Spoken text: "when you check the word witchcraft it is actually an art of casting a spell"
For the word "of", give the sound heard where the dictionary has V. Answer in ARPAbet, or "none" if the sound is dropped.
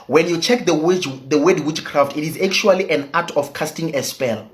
F